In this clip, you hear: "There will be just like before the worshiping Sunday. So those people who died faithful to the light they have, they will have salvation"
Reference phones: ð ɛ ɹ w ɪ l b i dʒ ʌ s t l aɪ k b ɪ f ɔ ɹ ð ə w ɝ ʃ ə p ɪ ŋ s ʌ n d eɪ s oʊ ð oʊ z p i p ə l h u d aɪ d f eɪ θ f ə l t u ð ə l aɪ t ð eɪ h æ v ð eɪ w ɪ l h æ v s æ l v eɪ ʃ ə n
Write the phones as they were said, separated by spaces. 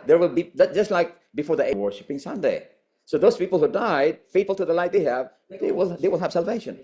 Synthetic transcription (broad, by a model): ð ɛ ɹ w ɪ l b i dʒ ʌ s t l aɪ k b ɪ f ɔ ɹ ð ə w ɝ ʃ ə p ɪ ŋ s ʌ n d eɪ s oʊ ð oʊ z p i p ə l h u d aɪ d f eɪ t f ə l t u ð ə l aɪ t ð eɪ h æ v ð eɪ w ɪ l h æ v s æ l v eɪ ʃ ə n